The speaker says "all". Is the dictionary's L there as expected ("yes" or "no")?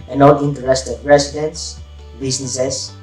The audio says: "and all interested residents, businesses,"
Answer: no